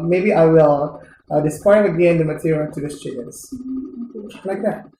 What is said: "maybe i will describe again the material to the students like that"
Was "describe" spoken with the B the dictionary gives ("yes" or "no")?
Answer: no